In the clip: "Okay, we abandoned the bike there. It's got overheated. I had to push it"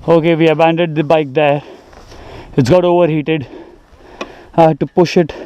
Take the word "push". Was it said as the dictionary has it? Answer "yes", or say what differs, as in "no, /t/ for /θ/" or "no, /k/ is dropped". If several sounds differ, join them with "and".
yes